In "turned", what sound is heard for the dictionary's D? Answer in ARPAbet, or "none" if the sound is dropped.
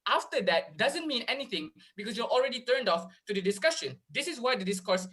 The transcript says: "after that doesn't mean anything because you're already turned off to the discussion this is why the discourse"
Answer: D